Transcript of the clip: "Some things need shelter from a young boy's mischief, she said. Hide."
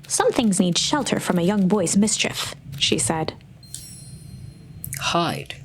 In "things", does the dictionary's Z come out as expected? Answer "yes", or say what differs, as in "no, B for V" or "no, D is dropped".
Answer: yes